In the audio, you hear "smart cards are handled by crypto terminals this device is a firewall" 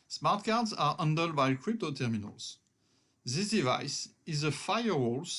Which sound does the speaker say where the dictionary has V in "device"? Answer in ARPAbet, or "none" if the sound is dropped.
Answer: V